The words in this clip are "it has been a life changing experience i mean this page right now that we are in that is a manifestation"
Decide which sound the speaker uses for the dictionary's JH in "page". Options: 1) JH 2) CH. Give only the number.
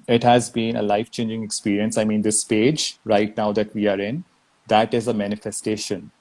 1